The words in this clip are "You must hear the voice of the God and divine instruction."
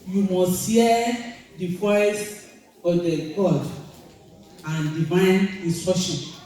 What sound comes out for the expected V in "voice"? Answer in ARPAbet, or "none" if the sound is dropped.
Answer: F